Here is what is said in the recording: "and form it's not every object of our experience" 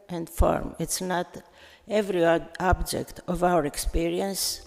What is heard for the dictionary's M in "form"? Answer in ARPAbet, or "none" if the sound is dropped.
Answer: M